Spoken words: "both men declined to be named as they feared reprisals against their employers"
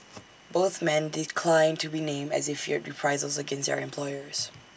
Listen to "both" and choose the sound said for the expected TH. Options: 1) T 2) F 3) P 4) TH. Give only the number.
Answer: 4